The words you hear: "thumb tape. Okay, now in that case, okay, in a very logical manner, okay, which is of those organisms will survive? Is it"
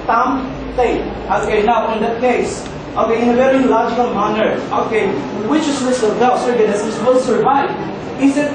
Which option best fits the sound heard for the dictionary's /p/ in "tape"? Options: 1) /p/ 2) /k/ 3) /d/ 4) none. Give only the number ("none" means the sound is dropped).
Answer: 4